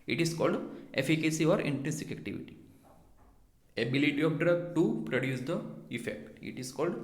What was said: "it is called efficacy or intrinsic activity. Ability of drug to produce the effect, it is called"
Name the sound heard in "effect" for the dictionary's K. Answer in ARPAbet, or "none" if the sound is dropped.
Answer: K